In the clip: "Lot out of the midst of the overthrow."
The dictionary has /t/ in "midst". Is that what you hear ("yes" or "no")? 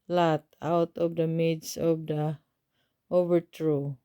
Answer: no